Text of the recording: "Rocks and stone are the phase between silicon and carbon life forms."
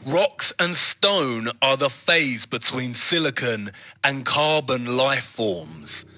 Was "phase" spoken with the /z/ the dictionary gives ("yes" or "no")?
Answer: yes